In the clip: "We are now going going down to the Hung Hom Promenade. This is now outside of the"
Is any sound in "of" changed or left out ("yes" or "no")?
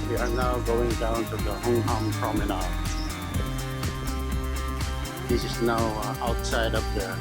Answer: yes